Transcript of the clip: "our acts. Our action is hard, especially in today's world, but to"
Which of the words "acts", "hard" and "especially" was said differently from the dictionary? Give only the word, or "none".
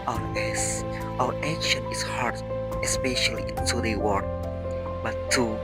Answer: acts